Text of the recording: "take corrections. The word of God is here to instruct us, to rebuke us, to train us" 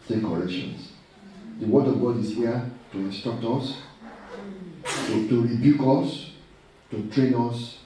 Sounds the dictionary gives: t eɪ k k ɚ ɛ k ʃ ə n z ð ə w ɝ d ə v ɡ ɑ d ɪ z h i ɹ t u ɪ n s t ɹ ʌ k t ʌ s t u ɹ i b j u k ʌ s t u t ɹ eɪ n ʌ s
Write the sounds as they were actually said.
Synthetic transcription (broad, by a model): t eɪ k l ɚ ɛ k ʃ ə n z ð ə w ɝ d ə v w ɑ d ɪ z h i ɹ t u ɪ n s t ɔ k t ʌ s t u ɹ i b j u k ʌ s t u t ɹ eɪ n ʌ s